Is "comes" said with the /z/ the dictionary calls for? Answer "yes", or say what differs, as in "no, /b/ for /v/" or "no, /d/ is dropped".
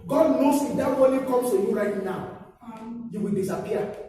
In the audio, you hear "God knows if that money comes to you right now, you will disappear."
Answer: no, /s/ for /z/